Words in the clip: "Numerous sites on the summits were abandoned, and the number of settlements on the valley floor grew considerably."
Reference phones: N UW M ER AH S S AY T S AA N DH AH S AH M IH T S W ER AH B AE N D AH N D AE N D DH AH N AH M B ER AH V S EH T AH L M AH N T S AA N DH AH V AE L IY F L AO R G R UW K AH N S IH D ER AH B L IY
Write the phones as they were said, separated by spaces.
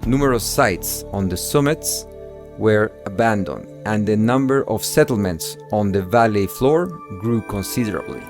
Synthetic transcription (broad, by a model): N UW M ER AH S S AY T S AA N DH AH S AH M IH T S W ER AH B AE N D AH N D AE N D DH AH N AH M B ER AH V S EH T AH L M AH N T S AA N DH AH V AE L IY F L AO R G R UW K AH N S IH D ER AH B L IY